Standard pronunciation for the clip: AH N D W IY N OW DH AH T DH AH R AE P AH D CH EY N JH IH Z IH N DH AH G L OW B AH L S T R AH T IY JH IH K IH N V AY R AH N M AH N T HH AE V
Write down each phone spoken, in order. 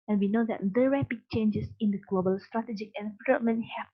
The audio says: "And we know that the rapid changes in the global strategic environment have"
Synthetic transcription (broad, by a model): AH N W IY N OW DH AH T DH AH R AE P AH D CH EY N JH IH S IH N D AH G L OW B AH L S T R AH T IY JH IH K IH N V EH L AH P M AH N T HH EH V